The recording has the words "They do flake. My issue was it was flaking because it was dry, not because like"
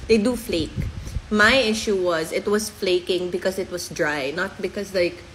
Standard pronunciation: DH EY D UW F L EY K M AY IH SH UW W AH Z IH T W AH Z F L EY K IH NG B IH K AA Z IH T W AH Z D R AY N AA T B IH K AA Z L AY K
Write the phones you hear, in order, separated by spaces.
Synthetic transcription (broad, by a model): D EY D UW F L EY K M AY IH SH UW W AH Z IH T W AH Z F L EY K IH NG B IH K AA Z IH T W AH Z D R AY N AA T B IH K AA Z L AY K